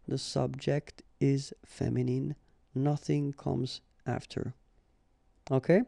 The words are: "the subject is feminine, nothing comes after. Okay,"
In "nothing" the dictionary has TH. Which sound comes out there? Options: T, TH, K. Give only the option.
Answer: TH